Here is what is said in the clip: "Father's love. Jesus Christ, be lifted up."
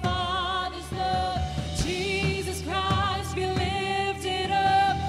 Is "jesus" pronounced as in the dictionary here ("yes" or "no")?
yes